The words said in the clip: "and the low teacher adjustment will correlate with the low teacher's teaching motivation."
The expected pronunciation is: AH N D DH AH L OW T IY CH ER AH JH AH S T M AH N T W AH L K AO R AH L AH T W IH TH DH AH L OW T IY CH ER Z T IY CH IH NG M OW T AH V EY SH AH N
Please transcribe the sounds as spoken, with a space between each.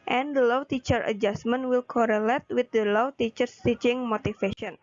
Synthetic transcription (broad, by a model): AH N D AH L OW T IY CH ER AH JH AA S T M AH N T W AH L K AO R AH L AH T W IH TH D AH L OW T IY CH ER S T IY CH IH NG M OW T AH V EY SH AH N